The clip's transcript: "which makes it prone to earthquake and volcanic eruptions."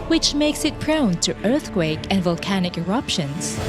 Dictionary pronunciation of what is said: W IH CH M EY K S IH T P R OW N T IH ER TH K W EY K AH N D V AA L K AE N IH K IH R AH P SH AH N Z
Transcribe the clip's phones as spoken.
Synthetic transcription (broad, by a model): W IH CH M EY K S IH T P R OW N T IH ER TH K W EY K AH N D V AA L K AE N IH K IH R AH P SH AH N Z